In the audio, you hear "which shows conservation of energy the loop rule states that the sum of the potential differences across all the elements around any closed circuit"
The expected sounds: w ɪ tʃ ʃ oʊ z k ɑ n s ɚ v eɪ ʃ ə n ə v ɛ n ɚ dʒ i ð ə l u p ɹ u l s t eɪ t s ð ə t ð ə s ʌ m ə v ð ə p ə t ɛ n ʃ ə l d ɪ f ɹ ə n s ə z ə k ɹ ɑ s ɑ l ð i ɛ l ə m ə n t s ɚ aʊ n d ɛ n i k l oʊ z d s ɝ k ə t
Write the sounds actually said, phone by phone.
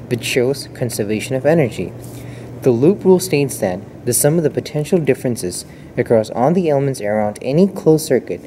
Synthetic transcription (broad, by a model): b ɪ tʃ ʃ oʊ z k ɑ n s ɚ v eɪ ʃ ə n ə v ɛ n ɚ dʒ i ð ə l u p ɹ u l s t eɪ t s ð ə t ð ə s ʌ m ə v ð ə p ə t ɛ n ʃ l d ɪ f ɹ ə n s ə z ə k ɹ ɑ s ɑ l ð i ɛ l ə m ə n t s ɚ aʊ n d ɛ n i k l oʊ s ɝ k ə t